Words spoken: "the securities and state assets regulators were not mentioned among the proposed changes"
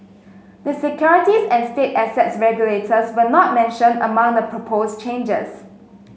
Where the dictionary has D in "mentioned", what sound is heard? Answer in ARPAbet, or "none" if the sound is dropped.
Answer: none